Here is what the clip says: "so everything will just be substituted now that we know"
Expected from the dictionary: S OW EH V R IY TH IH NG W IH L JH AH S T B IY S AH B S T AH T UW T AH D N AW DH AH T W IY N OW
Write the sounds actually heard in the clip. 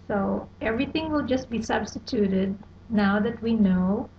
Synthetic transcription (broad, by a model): S OW EH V R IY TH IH NG W IH L JH AH S T B IY S AH B S T AH T UW T AH D N AW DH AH T W IY N OW